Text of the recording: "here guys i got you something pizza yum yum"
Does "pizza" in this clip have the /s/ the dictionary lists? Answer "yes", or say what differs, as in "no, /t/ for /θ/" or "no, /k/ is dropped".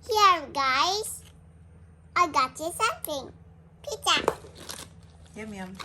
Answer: no, /s/ is dropped